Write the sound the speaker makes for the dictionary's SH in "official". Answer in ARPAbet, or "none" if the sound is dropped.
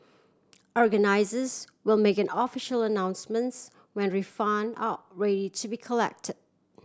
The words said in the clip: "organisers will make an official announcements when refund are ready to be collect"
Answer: SH